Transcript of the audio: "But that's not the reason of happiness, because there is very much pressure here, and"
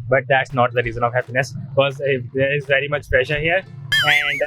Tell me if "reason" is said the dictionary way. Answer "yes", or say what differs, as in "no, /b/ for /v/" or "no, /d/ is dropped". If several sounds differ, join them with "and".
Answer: yes